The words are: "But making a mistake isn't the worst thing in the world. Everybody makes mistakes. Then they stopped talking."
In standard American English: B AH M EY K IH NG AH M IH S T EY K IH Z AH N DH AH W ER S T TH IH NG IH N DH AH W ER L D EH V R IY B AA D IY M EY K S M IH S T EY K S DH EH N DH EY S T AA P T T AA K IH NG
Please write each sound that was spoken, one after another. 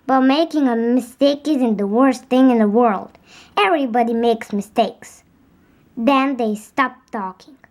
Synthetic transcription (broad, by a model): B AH M EY K IH NG AH M IH S T EY K IH Z AH N DH AH W ER S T TH IH NG IH N DH AH W ER L D EH V R IY B AA D IY M EY K S M IH S T EY K S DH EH N DH EY S T AA P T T AA K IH NG